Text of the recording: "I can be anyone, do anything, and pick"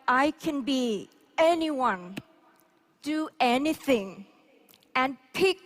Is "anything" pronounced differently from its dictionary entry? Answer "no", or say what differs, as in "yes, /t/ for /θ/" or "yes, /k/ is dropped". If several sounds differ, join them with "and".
no